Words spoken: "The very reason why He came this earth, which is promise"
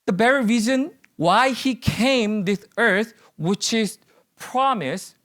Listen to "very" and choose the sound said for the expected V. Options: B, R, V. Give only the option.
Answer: B